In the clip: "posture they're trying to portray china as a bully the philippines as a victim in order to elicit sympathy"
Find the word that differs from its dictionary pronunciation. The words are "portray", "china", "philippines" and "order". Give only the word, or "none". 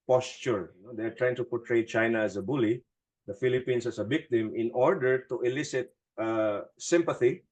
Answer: philippines